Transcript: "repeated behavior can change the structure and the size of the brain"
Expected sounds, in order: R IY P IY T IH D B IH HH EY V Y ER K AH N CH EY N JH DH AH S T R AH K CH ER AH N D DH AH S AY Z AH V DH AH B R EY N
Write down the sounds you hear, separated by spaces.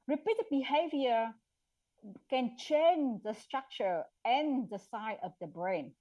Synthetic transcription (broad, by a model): R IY P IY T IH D B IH HH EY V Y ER K AH N CH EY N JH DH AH S T R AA K CH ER AH N D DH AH S AY AH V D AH B R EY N